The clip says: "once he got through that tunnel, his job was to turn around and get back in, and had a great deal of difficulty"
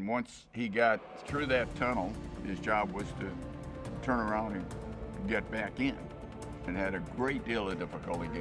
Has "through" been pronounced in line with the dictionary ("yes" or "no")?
yes